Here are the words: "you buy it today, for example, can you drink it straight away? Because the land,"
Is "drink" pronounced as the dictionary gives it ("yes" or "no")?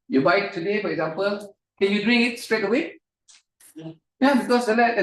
no